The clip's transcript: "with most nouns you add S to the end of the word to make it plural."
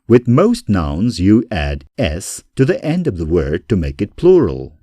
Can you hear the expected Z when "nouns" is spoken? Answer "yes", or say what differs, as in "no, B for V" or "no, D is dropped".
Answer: yes